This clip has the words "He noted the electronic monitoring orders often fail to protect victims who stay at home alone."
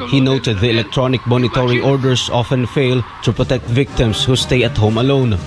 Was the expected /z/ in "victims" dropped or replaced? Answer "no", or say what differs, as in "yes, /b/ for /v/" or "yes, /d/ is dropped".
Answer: yes, /s/ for /z/